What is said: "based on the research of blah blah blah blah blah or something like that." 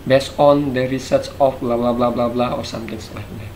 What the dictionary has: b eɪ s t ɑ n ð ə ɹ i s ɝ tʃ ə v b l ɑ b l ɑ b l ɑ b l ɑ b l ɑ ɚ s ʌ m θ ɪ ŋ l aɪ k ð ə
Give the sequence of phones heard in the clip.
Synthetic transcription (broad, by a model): b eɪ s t ɑ n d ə ɹ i s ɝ s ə f b l ɑ b l ɑ b l ɑ b l ɑ b l ɑ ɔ s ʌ m t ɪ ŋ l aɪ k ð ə